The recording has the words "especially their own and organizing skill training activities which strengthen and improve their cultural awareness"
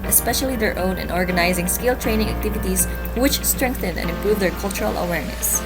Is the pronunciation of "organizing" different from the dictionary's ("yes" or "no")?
no